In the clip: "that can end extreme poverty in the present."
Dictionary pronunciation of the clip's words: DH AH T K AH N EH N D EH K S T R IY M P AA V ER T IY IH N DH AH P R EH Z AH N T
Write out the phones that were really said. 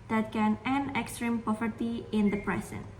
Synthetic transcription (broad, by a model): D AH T K AH N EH N EH K S T R IY M P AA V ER T IY IH N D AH P R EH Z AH N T